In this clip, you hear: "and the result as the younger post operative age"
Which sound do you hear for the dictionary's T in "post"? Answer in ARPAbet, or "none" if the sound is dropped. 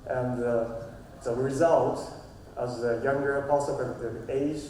none